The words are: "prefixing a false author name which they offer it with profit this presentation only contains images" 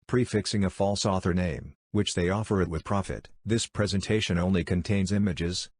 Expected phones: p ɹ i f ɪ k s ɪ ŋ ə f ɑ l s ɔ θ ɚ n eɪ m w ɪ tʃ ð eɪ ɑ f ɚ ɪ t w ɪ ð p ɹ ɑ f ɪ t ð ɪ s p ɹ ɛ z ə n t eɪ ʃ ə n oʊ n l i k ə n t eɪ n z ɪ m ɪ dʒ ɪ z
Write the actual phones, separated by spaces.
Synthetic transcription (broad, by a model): p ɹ i f ɪ k s ɪ ŋ ə f ɑ l s ɔ θ ɚ n eɪ m w ɪ tʃ ð eɪ ɑ f ɚ ɪ t w ɪ ð p ɹ ɑ f ɪ t ð ɪ s p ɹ ɛ z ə n t eɪ ʃ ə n oʊ n l i k ə n t eɪ n z ɪ m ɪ dʒ ɪ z